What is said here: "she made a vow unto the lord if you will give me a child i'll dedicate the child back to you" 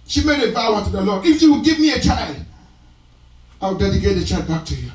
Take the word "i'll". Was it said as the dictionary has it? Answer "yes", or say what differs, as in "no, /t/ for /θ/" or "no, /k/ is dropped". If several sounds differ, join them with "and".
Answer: no, /w/ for /l/